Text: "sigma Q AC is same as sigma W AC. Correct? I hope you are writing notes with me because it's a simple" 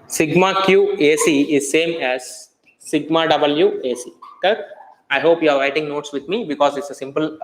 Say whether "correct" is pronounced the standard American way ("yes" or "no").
no